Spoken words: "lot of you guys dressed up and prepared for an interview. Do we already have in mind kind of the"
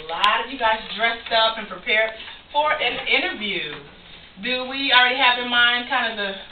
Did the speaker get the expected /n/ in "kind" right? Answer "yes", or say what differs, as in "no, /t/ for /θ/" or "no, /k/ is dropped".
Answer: yes